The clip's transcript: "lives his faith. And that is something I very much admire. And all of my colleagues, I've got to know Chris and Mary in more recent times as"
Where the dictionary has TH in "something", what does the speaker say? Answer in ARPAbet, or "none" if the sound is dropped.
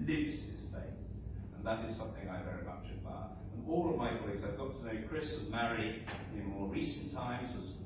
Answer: TH